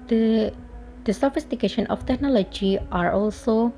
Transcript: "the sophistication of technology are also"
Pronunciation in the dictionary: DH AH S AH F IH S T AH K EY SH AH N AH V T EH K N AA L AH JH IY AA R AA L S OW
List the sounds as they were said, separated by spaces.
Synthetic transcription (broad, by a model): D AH S AH F IH S T AH K EY SH AH N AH F T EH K N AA L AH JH IY AA R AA L S OW